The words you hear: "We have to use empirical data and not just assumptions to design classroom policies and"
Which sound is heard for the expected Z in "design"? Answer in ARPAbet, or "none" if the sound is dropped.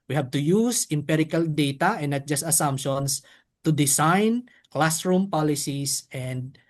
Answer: S